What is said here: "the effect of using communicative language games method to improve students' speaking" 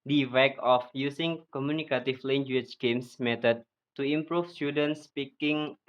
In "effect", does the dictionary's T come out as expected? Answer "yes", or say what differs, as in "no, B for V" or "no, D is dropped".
no, T is dropped